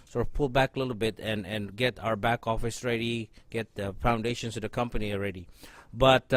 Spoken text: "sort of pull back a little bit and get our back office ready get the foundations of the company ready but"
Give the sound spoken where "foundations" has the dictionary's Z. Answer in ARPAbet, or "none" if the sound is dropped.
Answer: S